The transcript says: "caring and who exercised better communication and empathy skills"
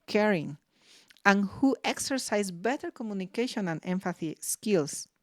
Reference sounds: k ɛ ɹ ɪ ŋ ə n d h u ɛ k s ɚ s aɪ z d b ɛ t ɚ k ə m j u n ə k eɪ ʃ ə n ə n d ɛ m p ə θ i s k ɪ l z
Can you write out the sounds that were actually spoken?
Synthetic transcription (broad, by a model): k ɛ ɹ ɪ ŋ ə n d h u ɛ k s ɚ s aɪ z b ɛ t ɚ k ə m j u n ə k eɪ ʃ ə n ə n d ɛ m f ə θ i s k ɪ l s